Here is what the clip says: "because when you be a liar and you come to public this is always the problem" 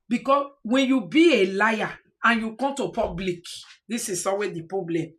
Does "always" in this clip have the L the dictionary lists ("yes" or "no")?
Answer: no